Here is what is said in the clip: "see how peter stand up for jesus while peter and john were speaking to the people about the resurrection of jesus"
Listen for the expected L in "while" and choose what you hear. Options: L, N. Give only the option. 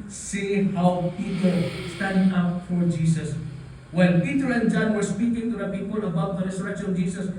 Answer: N